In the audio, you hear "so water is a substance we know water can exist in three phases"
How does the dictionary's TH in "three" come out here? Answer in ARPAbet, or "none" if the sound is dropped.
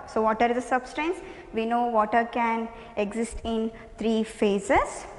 T